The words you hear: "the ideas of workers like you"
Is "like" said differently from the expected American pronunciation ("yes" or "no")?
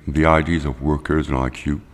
yes